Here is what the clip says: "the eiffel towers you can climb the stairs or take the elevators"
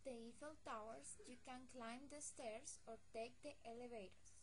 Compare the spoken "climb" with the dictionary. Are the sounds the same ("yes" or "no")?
yes